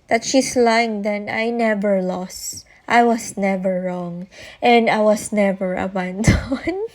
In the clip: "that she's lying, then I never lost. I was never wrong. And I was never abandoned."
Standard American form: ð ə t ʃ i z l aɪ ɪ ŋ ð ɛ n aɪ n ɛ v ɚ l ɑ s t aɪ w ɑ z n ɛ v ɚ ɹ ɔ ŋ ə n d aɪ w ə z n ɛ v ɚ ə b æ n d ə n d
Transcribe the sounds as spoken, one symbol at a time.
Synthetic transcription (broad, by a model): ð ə t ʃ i s l aɪ ɪ ŋ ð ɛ n aɪ n ɛ v ɚ l ɑ s t aɪ w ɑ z n ɛ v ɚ ɹ ɔ ŋ ə n d aɪ w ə s n ɛ v ɚ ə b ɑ n d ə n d